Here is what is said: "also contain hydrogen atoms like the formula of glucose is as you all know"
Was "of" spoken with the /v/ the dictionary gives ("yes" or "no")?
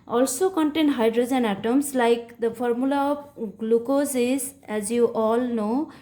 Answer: no